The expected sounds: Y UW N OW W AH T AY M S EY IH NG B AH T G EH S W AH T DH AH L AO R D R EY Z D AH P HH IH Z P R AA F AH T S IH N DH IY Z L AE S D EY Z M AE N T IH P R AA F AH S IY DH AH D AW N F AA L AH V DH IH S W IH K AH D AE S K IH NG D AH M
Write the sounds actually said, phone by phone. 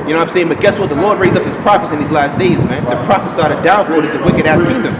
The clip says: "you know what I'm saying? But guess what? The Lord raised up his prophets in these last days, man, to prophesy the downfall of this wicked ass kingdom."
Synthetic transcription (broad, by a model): Y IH N OW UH AY M S EY IH NG B AH T G EH S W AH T DH AH L AO R D R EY Z AH P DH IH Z P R AA F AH S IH N DH IY Z L AE S D EY Z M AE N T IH P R AA F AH S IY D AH D AW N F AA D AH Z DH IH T W IH K AH D AE S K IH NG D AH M